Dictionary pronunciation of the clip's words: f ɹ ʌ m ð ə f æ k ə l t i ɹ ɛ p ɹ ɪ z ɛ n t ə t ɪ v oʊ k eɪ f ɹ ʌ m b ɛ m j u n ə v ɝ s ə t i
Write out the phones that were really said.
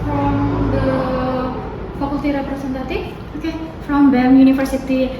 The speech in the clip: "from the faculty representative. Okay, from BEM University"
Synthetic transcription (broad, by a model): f ɹ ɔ m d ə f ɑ k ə l t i ɹ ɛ p ɹ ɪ s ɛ n t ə t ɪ f oʊ k eɪ f ɹ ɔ m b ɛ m j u n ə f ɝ s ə t i